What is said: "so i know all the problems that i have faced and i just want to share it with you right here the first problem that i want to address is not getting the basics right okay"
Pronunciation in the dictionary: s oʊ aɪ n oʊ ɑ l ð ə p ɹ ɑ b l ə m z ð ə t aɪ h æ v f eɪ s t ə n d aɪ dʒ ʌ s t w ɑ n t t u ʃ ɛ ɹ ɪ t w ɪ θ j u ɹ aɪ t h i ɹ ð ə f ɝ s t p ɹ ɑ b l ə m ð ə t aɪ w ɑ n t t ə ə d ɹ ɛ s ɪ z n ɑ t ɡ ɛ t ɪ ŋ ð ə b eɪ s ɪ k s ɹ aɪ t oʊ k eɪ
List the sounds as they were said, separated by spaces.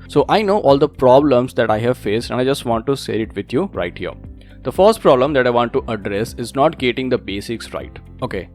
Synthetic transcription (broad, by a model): s oʊ aɪ n oʊ ɑ l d ə p ɹ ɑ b l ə m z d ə t aɪ h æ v f eɪ s t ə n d aɪ dʒ ʌ s t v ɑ n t t u s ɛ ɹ ɪ t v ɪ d j u ɹ aɪ t h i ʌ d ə f ɝ s t p ɹ ɑ b l ə m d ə t aɪ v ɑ n t t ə ə d ɹ ɛ s ɪ z n ɑ t ɡ ɛ t ɪ ŋ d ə b eɪ s ɪ k s ɹ aɪ t oʊ k eɪ